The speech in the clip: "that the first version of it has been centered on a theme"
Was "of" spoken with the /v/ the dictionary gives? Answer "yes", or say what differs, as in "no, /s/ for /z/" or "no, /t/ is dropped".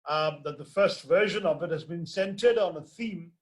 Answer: yes